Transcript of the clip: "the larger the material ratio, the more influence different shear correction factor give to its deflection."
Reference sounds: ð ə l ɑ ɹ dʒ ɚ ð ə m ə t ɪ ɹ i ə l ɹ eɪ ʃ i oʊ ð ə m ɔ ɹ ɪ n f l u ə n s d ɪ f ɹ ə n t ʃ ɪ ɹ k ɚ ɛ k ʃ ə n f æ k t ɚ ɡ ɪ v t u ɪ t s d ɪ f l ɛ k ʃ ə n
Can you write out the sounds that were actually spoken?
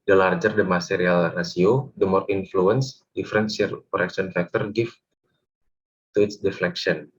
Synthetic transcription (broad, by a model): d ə l ɑ ɹ dʒ ɚ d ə m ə s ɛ ɹ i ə l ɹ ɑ s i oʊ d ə m ɔ ɹ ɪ n f l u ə n s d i f ɹ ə n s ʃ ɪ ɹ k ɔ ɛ k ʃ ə n f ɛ k t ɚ ɡ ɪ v t u ɪ t s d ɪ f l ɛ k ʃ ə n